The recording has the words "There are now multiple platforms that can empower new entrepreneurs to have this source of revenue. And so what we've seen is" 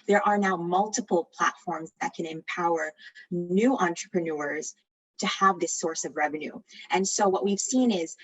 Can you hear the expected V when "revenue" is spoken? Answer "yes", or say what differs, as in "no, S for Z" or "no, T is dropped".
yes